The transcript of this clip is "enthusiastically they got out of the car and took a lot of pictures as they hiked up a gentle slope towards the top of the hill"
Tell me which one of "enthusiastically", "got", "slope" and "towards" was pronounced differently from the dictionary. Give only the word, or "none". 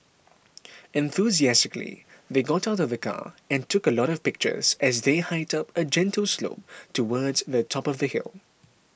none